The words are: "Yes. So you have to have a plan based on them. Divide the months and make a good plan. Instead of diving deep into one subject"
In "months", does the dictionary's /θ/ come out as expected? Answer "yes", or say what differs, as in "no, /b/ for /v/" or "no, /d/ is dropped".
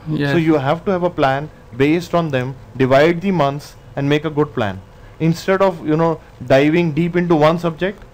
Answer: no, /t/ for /θ/